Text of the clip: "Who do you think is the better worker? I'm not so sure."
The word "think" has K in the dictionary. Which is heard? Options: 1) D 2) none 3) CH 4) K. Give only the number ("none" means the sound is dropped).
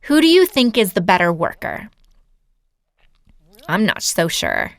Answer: 4